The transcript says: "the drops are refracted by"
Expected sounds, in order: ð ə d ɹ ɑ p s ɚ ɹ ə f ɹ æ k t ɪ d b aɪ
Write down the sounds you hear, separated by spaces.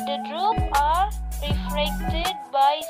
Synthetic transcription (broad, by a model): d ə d ɹ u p ɑ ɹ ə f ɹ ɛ k t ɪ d b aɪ